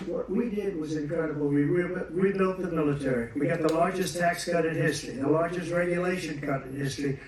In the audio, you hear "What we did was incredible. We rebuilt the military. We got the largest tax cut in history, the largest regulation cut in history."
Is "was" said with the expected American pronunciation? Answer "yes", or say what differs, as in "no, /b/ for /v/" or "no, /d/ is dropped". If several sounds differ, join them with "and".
yes